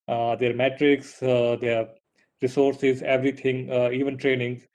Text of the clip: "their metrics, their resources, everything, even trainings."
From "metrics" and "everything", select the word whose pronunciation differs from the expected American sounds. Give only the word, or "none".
everything